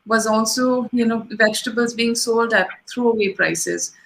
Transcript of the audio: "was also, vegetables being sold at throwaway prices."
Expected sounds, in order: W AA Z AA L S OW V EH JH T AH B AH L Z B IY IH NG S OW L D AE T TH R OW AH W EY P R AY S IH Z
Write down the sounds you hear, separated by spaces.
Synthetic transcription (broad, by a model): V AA Z AA L S OW V EH JH T AH B AH L Z B IY IH NG S OW L D AE T T R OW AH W EY P R AY S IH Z